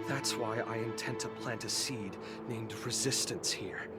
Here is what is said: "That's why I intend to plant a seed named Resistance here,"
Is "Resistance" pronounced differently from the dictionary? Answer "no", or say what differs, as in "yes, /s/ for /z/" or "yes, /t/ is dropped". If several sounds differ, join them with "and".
no